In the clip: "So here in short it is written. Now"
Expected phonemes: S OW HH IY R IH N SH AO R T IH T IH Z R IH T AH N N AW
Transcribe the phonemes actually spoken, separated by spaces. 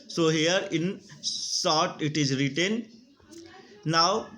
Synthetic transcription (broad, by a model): S OW HH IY R IH N S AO R T IH T IH Z R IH T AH N N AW